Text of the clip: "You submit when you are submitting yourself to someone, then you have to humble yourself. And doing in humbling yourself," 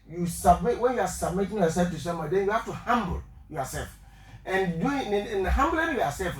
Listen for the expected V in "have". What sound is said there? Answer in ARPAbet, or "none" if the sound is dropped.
F